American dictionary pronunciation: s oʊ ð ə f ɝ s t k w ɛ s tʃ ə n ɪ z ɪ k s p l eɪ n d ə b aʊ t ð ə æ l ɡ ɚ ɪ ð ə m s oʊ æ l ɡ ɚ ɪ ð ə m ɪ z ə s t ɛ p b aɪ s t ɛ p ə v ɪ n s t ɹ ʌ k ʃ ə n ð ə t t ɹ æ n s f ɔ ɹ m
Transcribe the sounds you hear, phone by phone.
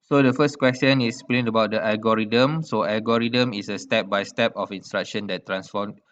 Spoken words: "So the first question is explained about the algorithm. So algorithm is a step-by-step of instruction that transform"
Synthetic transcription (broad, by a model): s oʊ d ə f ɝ s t k w ɛ s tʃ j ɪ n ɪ s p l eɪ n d ə b aʊ t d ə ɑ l ɡ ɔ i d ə m s oʊ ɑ l ɡ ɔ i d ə m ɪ s ə s t ɛ p b aɪ s t ɛ p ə f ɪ n s t ɹ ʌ k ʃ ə n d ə t t ɹ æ n s f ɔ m